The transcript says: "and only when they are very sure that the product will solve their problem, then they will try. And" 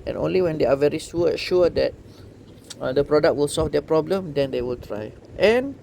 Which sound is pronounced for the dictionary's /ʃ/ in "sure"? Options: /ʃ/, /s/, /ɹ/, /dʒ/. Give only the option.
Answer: /s/